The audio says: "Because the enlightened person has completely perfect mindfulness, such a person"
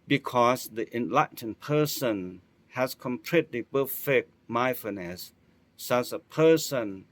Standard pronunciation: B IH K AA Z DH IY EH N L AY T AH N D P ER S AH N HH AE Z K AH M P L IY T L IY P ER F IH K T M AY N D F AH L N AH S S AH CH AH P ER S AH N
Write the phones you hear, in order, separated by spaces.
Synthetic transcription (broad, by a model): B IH K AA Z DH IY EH N L AY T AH N P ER S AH N HH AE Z K AH M P L IY T L IY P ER F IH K M AY F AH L N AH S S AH S AH P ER S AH N